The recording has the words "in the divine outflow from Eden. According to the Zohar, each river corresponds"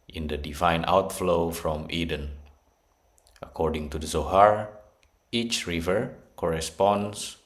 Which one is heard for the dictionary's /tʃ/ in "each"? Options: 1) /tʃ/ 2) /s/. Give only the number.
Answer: 1